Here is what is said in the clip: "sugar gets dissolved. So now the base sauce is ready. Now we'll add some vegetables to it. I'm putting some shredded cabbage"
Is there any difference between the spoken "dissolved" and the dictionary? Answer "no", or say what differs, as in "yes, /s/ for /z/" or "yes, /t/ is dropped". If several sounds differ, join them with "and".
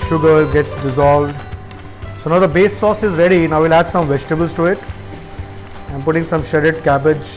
no